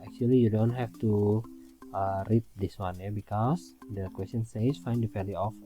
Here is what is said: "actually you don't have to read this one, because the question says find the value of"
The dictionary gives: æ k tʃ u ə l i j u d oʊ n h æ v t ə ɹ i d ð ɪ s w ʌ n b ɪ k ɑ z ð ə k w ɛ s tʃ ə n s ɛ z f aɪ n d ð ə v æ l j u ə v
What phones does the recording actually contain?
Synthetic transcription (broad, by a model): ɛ k tʃ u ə l i j u d oʊ n h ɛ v t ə ɹ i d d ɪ s w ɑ n b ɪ k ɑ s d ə k w ɛ s tʃ ə n s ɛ s f aɪ n d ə p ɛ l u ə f